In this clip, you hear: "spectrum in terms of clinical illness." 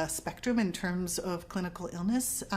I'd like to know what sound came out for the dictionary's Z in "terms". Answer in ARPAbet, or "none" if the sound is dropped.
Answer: Z